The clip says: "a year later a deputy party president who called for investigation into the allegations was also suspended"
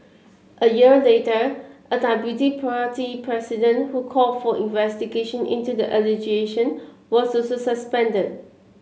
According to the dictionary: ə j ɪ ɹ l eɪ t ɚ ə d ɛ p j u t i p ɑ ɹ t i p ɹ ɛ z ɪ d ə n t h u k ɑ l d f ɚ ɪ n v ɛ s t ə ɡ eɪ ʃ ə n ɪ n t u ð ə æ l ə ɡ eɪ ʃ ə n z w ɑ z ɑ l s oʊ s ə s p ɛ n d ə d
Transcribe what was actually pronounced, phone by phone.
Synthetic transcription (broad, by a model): ə j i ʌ l eɪ t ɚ ə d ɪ b j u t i p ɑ t i p ɹ ɛ s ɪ d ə n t h u k ɑ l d f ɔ ɪ n v ɛ s t ə ɡ eɪ ʃ ə n ɪ n t u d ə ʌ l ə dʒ eɪ ʃ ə n w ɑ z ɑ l s oʊ s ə s p ɛ n d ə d